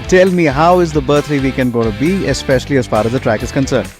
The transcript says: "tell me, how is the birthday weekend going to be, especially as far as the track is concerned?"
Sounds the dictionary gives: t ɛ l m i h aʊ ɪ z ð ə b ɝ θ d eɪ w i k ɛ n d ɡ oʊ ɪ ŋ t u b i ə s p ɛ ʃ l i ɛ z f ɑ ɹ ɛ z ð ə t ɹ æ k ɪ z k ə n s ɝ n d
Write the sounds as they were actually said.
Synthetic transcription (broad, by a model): t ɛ l m i h aʊ ɪ z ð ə b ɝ t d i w i k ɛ n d ɡ oʊ t u b i ə s p ɛ ʃ l i ɛ z f ɑ ɹ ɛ z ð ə t ɹ æ k ɪ z k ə n s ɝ n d